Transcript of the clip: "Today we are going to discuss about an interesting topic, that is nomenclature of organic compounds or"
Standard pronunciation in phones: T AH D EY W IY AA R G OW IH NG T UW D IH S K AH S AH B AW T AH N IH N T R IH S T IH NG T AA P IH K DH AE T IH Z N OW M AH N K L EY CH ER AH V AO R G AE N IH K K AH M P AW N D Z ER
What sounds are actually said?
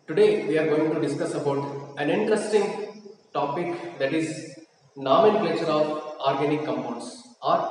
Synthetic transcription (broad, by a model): T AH D EY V IY AA R G OW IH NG T UW D IH S K AH S AH B AW T AH N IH N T R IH S T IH NG T AA P IH K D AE T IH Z N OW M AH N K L EY SH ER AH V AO R G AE N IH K K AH M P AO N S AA